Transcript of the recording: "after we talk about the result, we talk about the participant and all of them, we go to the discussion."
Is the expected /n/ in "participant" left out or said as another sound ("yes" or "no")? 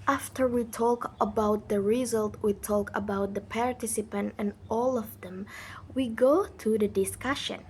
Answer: no